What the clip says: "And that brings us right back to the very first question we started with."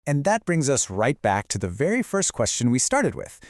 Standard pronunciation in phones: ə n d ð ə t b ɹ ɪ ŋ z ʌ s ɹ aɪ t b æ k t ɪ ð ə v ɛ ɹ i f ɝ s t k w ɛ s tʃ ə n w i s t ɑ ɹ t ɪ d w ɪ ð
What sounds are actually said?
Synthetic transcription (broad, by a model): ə n ð ə t b ɹ ɪ ŋ z ʌ s ɹ aɪ t b æ k t ɪ ð ə v ɛ ɹ i f ɝ s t k w ɛ s tʃ ə n w i s t ɑ ɹ t ɪ d w ɪ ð